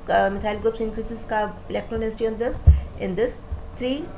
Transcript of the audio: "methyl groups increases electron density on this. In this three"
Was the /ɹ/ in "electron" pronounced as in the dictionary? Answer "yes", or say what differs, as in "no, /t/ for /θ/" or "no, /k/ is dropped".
yes